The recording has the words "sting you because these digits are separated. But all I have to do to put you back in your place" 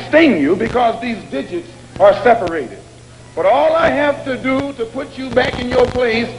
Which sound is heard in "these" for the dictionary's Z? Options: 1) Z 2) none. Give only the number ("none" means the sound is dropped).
1